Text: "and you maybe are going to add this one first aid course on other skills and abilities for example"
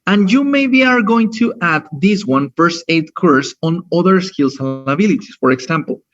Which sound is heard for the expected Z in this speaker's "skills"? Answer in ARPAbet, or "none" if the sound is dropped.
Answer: S